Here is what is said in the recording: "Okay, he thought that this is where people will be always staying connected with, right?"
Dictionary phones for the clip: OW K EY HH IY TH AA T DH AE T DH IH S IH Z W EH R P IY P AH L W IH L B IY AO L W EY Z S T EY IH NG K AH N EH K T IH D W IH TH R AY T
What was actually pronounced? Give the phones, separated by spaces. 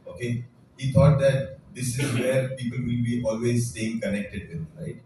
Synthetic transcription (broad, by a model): OW K EY HH IY T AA T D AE T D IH S IH Z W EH R P IY P AH L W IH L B IY AO L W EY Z S T EY IH NG K AH N EH K T IH D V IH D R AY T